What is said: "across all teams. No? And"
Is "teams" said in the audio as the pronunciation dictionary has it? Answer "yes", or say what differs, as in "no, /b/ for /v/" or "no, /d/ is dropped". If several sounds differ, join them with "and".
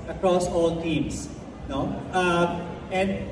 no, /s/ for /z/